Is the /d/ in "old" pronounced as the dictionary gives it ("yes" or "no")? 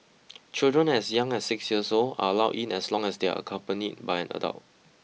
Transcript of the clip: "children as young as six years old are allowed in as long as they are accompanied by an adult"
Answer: no